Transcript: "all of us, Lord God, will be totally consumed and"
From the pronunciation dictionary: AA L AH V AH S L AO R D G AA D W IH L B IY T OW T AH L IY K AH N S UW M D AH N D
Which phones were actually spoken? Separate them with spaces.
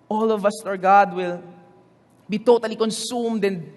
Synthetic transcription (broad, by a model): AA L AH V AH S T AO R G AA D W IH L B IY T OW T AH L IY K AH N S UW M D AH N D